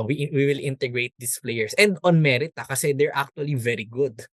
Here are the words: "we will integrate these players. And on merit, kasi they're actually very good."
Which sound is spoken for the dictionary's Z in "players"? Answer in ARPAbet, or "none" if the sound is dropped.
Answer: S